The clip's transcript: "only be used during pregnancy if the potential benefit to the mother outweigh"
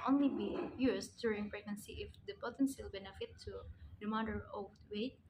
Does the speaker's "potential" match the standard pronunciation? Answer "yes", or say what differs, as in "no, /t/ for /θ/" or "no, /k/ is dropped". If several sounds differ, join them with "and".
no, /s/ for /ʃ/